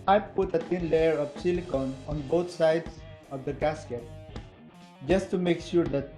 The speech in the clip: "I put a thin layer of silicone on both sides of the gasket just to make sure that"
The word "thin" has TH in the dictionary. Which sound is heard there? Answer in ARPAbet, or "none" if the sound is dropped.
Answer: T